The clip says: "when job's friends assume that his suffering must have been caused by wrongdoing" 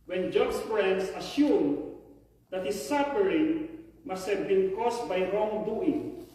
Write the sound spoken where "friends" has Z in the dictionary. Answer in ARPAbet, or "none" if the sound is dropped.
S